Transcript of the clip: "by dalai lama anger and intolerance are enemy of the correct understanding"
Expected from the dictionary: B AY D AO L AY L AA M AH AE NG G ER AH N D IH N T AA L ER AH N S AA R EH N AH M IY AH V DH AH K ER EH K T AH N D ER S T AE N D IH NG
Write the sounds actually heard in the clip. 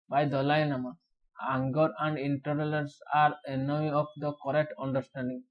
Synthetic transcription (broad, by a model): B AY D AO L AY N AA M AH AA NG G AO AH N D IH N T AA L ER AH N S AA R EH N AH M IY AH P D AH K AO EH K T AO N D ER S T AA N D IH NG